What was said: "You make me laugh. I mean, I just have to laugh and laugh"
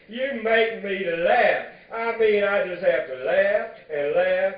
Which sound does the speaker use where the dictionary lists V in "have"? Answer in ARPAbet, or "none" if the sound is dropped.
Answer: F